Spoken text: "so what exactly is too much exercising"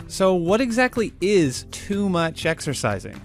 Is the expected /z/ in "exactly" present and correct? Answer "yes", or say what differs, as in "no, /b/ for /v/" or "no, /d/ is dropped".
yes